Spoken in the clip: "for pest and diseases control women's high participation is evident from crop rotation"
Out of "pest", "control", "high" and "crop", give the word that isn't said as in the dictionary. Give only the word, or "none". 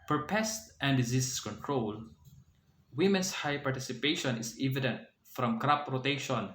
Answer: none